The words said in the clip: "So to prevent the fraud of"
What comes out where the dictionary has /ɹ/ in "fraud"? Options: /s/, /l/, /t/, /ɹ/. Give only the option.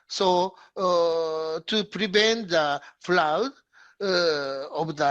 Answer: /l/